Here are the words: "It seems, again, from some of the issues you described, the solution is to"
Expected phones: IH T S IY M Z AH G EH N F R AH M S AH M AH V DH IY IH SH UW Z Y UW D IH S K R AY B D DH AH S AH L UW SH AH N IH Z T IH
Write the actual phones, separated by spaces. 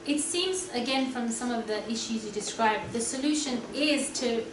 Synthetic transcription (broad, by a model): IH T S IY M Z AH G EH N F R AH M S AH M AH V DH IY IH SH UW Z Y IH D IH S K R AY B DH AH S AH L UW SH AH N IH Z T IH